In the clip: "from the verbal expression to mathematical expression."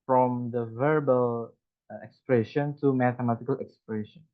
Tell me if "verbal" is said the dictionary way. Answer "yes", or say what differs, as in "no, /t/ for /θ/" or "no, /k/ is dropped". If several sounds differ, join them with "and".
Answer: yes